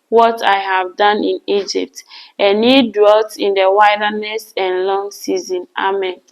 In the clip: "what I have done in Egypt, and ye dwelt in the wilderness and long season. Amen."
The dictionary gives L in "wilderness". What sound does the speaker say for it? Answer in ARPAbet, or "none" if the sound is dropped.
none